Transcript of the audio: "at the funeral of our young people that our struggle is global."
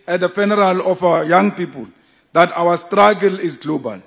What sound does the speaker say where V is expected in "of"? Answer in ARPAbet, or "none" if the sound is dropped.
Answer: F